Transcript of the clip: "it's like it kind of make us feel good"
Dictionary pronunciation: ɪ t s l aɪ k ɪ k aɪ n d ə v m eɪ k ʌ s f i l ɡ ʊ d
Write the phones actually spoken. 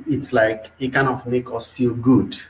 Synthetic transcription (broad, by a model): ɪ t s l aɪ k ɪ k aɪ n ə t m eɪ k ʌ s f i l ɡ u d